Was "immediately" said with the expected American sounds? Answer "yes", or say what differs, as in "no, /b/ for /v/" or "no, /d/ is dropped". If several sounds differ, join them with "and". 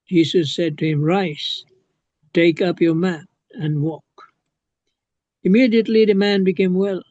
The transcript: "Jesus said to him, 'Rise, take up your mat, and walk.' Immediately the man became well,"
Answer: yes